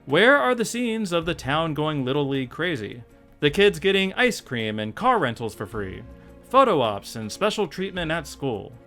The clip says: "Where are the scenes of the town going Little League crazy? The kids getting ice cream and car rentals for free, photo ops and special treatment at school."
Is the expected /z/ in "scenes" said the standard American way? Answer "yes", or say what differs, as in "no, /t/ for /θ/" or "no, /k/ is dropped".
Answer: yes